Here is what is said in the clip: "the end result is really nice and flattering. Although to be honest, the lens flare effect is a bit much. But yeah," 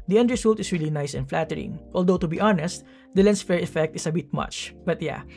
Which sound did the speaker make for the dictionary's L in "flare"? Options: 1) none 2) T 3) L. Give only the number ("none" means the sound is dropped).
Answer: 1